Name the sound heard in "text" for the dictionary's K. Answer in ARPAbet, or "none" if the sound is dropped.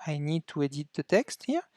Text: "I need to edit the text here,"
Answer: K